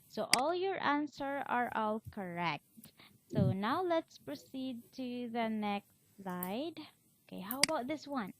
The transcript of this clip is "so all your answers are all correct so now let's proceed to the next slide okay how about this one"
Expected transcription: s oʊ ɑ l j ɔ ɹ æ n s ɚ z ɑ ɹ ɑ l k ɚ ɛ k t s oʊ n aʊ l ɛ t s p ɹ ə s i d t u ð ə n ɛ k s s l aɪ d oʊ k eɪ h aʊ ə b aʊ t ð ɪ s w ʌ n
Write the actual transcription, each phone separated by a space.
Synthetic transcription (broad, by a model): s oʊ ɑ l j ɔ ɹ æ n s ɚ ɑ ɹ ɑ l k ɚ ɛ k t s oʊ n aʊ l ɛ t s p ɹ ə s i d t u ð ə n ɛ k s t l aɪ d oʊ k eɪ h aʊ ə b aʊ t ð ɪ s w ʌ n